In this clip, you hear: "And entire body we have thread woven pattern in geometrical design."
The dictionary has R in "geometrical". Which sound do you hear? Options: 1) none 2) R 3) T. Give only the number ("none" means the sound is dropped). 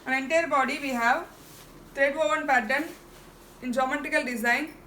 1